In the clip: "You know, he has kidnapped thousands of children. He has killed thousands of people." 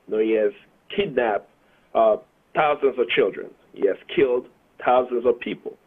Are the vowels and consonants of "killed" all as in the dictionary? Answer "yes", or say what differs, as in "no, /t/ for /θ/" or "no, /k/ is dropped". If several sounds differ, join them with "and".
yes